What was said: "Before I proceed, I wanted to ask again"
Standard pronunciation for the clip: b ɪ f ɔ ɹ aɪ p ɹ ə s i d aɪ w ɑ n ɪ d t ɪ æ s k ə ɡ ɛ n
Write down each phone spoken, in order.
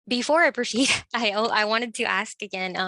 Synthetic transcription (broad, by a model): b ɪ f ɔ ɹ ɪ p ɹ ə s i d aɪ w ɑ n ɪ d t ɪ æ s k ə ɡ ɛ n